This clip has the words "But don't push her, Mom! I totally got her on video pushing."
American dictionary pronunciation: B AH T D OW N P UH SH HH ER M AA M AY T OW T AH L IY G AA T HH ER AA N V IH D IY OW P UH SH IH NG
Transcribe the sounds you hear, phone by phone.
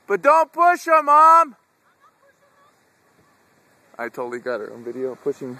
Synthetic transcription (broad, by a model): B AH T D OW N P UH SH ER M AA M AY T OW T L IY G AA T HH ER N V IH D IY OW P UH SH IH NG